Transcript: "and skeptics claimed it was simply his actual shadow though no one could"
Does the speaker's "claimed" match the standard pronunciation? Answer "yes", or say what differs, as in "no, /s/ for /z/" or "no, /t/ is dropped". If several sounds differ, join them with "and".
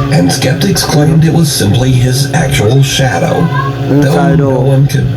yes